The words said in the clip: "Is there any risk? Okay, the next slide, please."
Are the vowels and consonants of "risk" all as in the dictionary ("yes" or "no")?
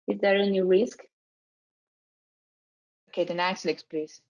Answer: yes